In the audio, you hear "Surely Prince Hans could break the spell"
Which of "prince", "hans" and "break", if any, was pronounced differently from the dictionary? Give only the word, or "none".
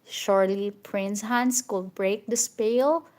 none